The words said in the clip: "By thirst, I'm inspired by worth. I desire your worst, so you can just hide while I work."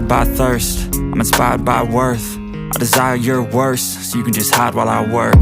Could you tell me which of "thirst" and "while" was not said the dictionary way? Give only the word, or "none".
none